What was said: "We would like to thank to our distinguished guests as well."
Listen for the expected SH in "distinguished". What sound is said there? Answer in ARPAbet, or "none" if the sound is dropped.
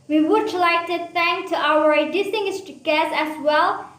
S